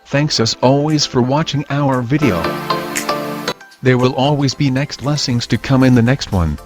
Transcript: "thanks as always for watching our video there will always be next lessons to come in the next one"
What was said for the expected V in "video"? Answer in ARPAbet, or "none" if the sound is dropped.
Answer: V